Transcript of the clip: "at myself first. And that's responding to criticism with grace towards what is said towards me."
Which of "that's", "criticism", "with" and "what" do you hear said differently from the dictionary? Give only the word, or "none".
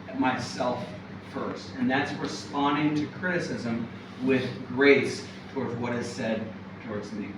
none